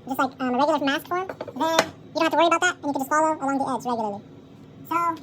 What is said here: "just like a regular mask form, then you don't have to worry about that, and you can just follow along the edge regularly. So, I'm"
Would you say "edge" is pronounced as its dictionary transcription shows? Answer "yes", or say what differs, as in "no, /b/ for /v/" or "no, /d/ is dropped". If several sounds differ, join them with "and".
no, /z/ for /dʒ/